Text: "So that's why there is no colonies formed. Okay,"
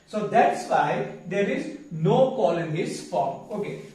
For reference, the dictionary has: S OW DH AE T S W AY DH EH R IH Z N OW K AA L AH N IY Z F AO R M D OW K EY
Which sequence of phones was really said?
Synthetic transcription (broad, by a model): S OW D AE T S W AY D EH R IH Z N OW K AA L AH N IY S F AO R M OW K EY